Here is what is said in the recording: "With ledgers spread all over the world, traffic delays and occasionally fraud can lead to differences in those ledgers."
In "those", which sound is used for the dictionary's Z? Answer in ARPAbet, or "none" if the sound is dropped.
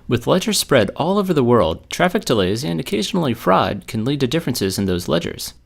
Z